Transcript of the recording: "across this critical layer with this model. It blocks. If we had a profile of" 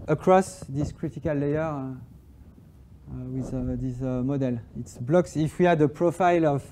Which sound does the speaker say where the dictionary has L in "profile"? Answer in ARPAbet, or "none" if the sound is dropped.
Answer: L